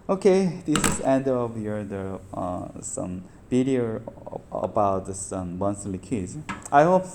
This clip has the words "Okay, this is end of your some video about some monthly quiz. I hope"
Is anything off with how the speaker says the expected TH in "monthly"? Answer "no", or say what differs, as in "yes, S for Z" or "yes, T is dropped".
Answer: yes, S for TH